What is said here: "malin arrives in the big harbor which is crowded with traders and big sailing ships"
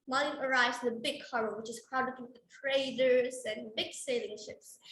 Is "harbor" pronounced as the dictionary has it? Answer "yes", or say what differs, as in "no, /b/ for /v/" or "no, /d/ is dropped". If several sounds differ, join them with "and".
no, /b/ is dropped